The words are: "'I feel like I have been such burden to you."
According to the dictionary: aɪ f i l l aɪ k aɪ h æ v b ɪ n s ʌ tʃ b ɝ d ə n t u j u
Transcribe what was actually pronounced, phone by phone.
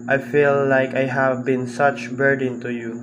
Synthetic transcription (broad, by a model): aɪ f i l l aɪ k aɪ h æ v b ɪ n s ʌ tʃ b ɝ d ə n t u j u